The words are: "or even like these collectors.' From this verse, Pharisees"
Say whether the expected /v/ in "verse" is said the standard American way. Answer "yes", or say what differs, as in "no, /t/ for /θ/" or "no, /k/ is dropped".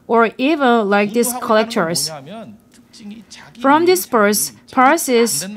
no, /p/ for /v/